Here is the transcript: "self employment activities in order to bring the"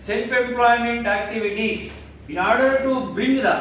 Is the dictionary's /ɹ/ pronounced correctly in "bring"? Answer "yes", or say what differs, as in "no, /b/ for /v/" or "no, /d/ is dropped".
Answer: no, /ɹ/ is dropped